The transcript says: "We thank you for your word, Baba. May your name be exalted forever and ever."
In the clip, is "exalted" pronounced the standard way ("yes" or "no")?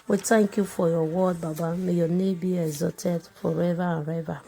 no